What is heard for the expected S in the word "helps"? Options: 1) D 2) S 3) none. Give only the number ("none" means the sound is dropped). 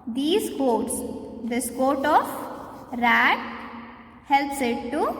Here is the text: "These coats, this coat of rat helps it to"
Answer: 2